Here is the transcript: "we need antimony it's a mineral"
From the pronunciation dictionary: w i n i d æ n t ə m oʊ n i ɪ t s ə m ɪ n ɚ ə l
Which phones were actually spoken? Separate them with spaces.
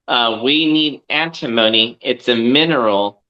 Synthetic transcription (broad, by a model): w i n i d æ n t ə m oʊ n i ɪ t s ə m ɪ n ɚ l